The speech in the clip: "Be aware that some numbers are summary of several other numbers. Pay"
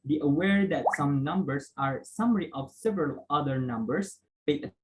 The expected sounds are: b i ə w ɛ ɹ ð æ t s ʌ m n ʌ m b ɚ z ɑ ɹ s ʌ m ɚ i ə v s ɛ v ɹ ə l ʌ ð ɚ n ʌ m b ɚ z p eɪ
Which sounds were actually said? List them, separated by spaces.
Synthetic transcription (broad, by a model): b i ə w ɛ ɹ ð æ t s ʌ m n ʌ m b ɚ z ɑ ɹ s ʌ m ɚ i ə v s ɛ v ɹ ə l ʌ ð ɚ n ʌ m b ɚ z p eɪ